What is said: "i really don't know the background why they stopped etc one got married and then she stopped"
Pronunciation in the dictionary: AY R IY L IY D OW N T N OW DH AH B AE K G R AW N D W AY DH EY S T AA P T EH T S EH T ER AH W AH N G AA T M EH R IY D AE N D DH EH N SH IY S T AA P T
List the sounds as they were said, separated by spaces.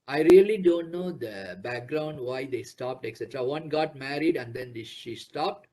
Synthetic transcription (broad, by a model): AY R IY L IY D OW N T N OW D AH B AE K G R AW N D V AY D EY S T AA P T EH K S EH T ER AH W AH N G AA T M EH R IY D AE N D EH N SH IY S T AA P T